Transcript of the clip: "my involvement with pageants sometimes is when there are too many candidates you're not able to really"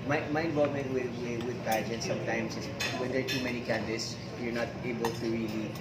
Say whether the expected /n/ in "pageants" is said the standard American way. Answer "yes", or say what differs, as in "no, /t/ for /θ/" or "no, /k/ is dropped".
no, /n/ is dropped